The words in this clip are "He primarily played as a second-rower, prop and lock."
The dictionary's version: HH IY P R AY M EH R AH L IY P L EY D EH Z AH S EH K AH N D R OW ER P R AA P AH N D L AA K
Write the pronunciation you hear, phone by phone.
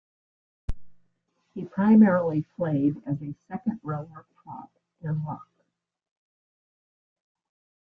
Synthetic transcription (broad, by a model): HH IY P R AY M EH R L IY F L EY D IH Z AH S EH K AH N D R OW ER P AA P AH N L AA K